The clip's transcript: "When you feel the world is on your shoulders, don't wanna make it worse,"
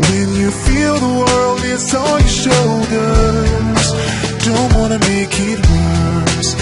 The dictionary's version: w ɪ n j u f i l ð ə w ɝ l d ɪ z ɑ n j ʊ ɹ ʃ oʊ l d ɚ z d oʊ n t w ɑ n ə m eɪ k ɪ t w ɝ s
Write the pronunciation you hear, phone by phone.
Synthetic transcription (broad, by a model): w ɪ n j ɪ f i l ð ə w ɝ l d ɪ s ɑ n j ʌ ʃ oʊ l d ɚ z d oʊ n t w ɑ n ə m eɪ k ɪ t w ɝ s